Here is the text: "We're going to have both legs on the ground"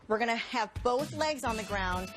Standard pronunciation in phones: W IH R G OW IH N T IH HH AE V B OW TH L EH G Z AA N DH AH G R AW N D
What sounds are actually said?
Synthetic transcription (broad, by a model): W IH R G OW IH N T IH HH V B OW TH L EH G Z N DH AH G R AW N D